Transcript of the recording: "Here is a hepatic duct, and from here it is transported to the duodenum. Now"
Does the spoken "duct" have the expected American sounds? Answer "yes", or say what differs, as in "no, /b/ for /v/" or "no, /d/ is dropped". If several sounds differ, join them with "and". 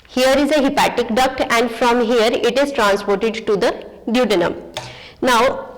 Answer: yes